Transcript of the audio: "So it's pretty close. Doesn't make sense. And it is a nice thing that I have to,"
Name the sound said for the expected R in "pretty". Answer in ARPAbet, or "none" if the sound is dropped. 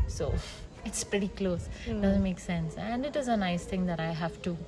R